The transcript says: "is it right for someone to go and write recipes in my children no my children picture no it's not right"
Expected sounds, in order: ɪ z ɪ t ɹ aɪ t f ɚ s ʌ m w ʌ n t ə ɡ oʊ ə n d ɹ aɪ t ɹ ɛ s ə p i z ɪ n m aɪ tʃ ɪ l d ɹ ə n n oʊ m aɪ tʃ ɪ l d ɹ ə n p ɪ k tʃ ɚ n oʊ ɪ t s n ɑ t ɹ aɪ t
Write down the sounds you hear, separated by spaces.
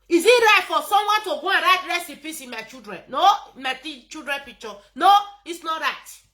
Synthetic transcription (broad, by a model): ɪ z ɪ t ɹ aɪ t f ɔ s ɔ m w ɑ n t ə ɡ oʊ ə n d ɹ aɪ t ɹ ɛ s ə p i s ɪ n m aɪ tʃ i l d ɹ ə n n oʊ m aɪ tʃ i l d ɹ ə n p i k tʃ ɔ n oʊ ɪ t s n ɑ t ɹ aɪ t